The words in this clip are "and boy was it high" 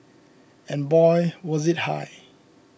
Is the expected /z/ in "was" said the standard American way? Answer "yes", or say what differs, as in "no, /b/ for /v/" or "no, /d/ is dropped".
yes